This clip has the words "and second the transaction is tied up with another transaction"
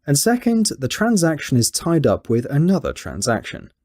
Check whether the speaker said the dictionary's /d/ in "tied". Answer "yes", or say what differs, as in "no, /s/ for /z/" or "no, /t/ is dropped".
yes